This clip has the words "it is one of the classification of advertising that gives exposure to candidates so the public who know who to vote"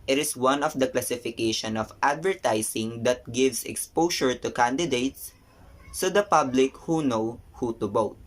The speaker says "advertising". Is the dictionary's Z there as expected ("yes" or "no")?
no